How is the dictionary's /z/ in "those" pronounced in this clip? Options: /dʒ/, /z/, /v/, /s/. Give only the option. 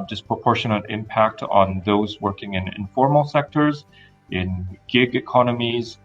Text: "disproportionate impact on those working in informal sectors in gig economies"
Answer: /z/